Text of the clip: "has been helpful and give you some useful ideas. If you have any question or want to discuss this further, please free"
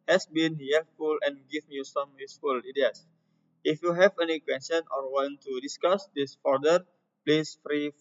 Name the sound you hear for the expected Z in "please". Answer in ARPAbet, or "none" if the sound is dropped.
S